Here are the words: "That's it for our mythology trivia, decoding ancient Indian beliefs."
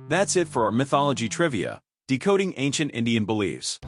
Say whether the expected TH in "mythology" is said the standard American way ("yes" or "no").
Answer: yes